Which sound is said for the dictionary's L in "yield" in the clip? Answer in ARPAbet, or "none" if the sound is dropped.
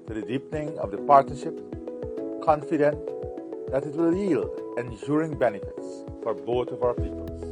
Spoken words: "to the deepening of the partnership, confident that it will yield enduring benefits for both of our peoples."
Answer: L